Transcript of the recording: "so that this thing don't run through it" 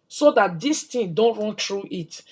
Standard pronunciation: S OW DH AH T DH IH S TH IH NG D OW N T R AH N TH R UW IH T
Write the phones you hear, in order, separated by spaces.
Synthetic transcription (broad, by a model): S OW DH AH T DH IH S T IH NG D OW N T R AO N T R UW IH T